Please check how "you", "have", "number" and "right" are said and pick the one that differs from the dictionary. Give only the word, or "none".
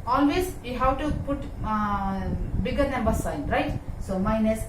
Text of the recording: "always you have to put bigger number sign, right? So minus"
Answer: have